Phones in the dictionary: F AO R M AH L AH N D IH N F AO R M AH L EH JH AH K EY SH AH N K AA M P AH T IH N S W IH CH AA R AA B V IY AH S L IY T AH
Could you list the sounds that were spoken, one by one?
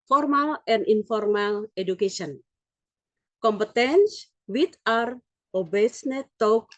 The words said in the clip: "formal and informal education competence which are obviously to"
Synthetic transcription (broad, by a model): F AO R M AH L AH N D IH N F AO R M AH L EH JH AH K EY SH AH N K AA M P AH T IH N S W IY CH AA R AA B IY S N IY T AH